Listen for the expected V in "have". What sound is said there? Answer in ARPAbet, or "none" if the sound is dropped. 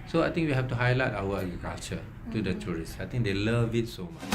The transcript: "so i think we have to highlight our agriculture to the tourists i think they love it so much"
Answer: F